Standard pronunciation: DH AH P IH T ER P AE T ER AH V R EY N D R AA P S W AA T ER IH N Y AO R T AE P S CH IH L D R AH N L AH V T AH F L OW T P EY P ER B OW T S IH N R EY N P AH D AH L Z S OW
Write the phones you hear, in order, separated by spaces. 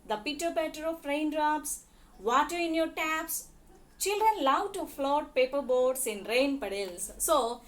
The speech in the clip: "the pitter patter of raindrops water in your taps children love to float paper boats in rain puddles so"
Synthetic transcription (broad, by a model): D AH P IH T ER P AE T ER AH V R EY N D R AA P S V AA T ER IH N Y AO R T AE P S CH IH L D R AH N L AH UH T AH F L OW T P EY P ER B OW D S IH N R EY N P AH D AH L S S OW